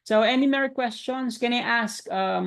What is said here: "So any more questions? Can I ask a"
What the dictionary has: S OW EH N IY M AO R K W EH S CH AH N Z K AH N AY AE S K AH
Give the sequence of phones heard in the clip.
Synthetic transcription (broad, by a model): S OW EH N IY M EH R K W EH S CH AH N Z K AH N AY AE S K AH